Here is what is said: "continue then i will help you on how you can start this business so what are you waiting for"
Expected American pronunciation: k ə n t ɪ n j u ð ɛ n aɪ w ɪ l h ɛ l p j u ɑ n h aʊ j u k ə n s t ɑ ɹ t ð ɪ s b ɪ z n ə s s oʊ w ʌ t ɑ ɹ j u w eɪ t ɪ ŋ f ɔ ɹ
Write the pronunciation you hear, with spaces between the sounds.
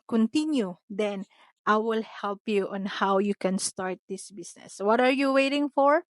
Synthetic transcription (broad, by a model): k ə n t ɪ n j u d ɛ n aɪ w ɪ l h ɛ l p j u ɑ n h aʊ j u k ə n s t ɑ ɹ t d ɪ s b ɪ s n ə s s w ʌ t ɑ ɹ j u w eɪ t ɪ ŋ f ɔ ɹ